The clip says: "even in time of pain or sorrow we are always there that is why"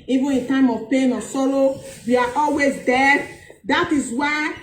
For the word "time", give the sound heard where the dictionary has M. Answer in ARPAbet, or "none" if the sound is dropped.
M